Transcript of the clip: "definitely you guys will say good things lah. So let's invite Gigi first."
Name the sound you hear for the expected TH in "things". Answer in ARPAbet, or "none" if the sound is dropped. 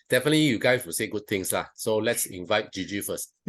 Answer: T